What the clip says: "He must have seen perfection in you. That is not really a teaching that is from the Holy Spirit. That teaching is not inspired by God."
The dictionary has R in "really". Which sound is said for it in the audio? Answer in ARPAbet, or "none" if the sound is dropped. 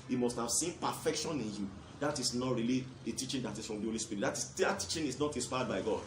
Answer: R